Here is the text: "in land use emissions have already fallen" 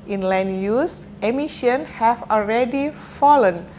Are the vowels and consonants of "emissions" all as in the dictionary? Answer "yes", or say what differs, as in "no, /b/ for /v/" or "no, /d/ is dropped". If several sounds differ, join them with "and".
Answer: no, /z/ is dropped